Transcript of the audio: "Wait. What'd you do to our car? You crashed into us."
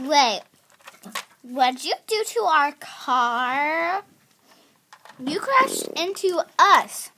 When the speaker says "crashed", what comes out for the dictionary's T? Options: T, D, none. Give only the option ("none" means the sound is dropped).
none